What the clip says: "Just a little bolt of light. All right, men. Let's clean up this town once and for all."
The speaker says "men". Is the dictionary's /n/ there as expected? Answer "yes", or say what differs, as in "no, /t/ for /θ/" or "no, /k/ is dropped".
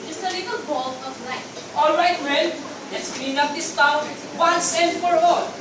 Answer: no, /l/ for /n/